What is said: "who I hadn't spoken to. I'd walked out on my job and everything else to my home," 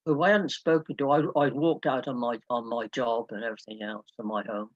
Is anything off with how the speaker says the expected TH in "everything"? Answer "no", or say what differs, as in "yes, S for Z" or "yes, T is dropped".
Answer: no